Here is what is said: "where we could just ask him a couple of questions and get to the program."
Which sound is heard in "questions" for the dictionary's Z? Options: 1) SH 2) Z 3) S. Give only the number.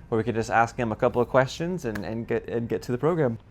2